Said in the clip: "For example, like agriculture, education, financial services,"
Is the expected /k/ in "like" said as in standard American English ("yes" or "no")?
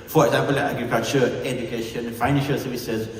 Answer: no